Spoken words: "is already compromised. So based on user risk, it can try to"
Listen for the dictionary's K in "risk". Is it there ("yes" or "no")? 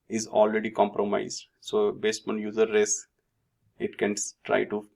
no